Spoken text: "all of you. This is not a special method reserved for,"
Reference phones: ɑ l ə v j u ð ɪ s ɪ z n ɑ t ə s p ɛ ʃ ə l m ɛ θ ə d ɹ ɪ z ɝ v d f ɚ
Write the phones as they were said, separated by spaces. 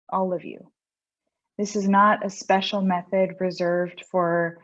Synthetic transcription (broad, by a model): ɑ l ə v j u ð ɪ s ɪ z n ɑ t ə s p ɛ ʃ l m ɛ θ ə d ɹ ɪ z ɝ v d f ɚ